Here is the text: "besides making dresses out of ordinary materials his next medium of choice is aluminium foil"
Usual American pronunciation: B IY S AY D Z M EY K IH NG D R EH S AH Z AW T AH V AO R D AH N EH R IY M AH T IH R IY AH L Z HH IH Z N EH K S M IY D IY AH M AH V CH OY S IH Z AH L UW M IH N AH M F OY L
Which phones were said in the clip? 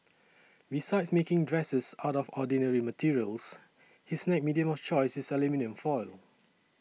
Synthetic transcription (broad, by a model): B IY S AY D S M EY K IH NG D R EH S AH S AW T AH F AO D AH N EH R IY M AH T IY R IY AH L S HH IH S N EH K M IY D IY AH M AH F CH OY S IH S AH L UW M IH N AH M F OY L